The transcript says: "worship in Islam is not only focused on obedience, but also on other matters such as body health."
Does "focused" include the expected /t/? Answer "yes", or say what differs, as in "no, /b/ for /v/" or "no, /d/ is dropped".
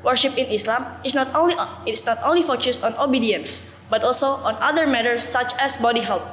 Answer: yes